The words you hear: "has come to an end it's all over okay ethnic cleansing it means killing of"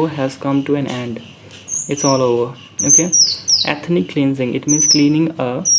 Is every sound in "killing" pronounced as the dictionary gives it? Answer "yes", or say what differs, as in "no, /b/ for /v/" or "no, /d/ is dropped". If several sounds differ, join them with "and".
no, /n/ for /l/